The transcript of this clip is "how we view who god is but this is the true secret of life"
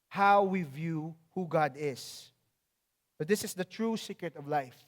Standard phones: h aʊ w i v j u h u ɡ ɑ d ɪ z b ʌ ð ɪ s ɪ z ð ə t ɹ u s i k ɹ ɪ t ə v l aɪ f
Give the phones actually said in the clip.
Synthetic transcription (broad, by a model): h aʊ w i v j u h u ɡ ɑ d ɪ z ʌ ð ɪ s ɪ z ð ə t ɹ u s i k ɹ ɪ t ə v l aɪ f